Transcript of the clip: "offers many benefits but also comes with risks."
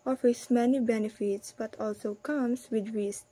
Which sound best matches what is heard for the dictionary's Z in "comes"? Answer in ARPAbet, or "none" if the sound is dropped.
S